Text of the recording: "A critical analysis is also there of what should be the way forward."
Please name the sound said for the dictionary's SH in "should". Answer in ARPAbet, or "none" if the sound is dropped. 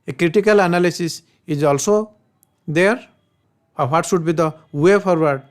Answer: S